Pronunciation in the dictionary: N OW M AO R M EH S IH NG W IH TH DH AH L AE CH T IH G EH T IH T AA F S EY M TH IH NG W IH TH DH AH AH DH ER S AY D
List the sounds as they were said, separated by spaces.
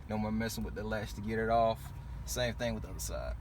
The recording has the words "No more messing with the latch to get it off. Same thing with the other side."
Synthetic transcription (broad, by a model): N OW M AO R M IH S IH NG W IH DH AH L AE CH T IH G EH T IH T AA F S EY M TH IH NG W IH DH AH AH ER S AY